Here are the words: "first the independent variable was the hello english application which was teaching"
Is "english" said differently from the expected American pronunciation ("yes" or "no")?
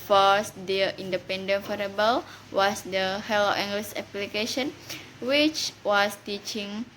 yes